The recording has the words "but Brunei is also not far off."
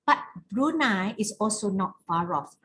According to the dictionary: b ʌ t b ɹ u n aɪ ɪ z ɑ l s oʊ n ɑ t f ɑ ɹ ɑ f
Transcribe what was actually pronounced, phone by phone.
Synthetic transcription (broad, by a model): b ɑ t b ɹ u n aɪ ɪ s ɑ l s oʊ n ɑ t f ɑ ɹ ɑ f